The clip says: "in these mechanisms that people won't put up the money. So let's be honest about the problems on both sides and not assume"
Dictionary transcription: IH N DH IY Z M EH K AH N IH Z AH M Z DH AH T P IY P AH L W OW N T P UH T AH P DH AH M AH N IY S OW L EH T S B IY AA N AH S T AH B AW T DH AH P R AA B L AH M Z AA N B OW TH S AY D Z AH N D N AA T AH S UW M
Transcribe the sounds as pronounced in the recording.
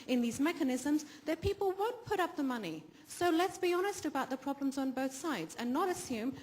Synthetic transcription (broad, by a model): IH N DH IY Z M EH K AH N IH Z AH M Z DH AH T P IY P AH L W OW N P UH T AH P DH AH M AH N IY S OW L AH T S B IY AA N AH S T AH B AW T DH AH P R AA B L AH M Z N B OW TH S AY D Z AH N N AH T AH S UW M